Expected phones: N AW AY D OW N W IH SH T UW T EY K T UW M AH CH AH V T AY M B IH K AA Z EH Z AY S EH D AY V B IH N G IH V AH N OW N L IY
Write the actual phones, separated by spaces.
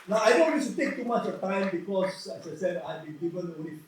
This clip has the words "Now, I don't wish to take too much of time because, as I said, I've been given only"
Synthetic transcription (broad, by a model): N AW AY D OW N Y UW S T UW T EY K T UW M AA CH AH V T AY M B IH K AA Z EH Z AY S EH D AY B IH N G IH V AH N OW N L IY